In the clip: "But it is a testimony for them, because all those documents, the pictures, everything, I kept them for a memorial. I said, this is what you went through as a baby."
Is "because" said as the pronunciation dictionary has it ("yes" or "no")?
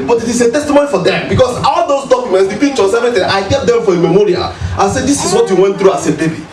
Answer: no